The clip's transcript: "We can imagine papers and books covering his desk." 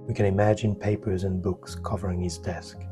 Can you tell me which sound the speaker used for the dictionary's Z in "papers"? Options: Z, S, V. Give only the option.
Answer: Z